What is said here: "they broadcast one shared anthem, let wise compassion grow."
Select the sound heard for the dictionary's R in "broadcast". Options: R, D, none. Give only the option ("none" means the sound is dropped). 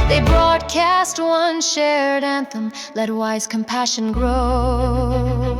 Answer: R